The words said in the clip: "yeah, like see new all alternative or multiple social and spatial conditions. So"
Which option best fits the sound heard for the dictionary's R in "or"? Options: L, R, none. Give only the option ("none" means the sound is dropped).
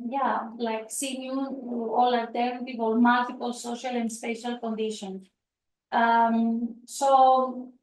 L